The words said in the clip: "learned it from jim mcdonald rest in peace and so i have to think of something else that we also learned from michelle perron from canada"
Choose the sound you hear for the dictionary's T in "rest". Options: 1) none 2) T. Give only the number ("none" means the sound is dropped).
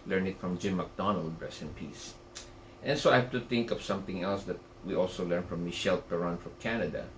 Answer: 1